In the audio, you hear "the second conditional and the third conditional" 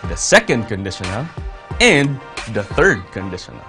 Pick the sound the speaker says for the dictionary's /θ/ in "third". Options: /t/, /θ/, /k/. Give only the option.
/θ/